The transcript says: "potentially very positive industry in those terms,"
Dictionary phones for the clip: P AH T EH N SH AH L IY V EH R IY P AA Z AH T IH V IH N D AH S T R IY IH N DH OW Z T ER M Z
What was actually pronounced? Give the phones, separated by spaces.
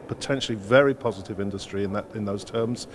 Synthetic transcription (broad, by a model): P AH T EH N SH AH L IY V EH R IY P AA Z AH T IH V IH N D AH S T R IY IH N DH OW Z T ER M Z